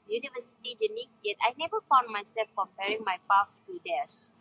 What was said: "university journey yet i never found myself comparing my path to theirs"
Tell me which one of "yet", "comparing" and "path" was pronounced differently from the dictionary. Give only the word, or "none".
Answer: path